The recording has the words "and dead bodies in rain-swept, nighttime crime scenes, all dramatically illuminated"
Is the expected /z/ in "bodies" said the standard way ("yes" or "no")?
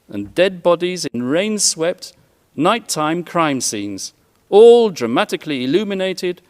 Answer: yes